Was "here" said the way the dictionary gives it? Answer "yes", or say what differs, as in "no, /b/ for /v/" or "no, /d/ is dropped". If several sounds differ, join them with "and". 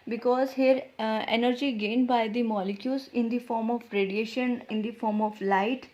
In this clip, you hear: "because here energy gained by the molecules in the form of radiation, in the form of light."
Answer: yes